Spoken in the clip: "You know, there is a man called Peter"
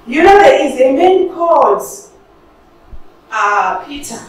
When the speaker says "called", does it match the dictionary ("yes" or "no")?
no